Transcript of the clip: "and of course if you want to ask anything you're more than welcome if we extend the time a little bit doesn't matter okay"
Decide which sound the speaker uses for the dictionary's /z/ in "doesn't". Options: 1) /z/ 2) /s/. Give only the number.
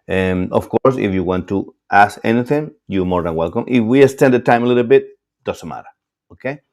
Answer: 2